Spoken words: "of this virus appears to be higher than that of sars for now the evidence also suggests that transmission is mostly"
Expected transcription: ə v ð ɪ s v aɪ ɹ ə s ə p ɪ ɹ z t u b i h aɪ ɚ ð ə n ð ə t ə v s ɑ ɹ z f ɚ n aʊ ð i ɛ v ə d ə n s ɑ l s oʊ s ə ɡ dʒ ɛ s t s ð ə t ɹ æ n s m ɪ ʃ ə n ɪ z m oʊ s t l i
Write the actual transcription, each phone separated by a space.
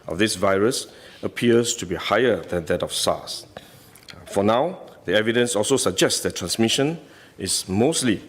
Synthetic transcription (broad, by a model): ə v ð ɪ s v aɪ ɹ ə s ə p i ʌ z t u b i h aɪ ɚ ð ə n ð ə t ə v s ɑ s f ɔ n aʊ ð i ɛ v ə d ə n s ɑ l s oʊ s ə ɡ dʒ ɛ s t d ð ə t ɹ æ n s m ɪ ʃ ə n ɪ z m oʊ s t l i